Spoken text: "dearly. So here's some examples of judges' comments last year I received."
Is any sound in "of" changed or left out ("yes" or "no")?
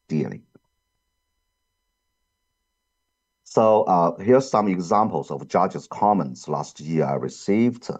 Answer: no